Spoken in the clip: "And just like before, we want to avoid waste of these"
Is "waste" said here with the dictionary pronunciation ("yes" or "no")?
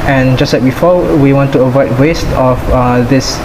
yes